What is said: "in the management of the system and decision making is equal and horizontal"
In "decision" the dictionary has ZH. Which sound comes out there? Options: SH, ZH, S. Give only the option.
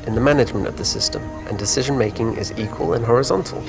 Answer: ZH